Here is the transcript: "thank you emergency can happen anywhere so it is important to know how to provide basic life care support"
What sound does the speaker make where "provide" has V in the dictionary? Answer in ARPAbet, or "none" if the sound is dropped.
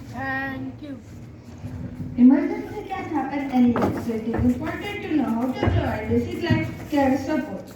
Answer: none